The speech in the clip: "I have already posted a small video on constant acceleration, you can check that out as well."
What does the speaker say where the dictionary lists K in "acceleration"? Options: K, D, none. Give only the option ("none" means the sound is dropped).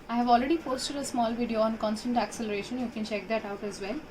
K